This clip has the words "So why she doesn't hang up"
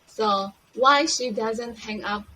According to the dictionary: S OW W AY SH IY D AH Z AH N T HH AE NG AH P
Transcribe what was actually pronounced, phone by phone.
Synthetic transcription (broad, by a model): S OW W AY SH IY D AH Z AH N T HH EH NG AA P